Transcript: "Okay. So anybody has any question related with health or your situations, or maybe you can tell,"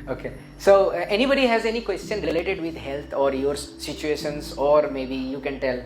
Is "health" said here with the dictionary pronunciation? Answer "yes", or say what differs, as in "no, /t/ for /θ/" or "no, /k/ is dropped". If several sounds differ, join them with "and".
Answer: no, /t/ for /θ/